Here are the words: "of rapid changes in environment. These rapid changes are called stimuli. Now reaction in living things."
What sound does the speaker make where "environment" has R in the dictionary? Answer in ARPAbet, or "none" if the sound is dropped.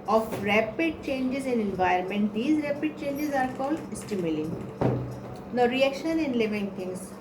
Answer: none